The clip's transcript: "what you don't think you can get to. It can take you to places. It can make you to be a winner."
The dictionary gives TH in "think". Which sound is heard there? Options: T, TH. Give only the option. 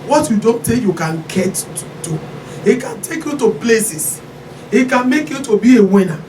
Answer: T